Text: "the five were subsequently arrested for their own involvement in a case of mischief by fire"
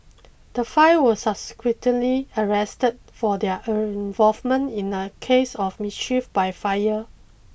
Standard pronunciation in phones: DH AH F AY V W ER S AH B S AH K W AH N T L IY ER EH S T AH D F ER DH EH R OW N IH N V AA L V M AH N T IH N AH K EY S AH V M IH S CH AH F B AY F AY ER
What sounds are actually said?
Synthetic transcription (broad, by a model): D AH F AY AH W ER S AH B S K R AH T L IY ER EH S T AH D F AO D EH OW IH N V AA L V M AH N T IH N AH K EY S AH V M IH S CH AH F B AY F AY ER